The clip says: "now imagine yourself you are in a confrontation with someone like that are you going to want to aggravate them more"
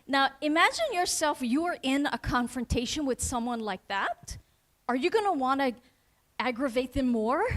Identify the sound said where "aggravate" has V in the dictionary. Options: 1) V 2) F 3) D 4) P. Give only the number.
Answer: 1